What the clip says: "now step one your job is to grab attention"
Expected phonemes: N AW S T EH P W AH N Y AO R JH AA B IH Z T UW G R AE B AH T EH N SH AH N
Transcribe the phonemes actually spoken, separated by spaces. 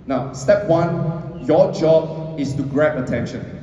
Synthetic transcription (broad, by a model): N AW S T EH P W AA N Y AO JH AA B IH S T UW G R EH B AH T EH N SH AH N